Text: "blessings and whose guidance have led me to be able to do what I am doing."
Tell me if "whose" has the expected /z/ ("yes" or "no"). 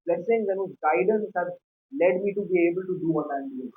no